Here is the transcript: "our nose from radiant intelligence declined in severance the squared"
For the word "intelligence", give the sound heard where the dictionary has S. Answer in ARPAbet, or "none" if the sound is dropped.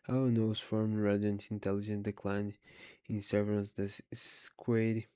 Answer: none